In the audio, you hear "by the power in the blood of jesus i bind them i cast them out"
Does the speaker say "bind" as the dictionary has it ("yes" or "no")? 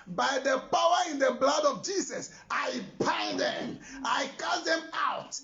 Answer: no